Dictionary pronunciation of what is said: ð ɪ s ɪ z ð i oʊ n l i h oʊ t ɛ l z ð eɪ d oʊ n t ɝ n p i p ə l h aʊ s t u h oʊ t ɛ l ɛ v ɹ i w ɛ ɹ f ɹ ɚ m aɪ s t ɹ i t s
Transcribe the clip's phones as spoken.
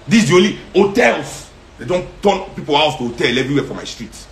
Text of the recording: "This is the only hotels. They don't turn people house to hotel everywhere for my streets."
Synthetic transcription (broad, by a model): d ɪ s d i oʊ l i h oʊ t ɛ l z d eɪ d oʊ n t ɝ n p i p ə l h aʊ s t u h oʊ t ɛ l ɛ v ɹ i w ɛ f ɹ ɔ m aɪ s t ɹ i t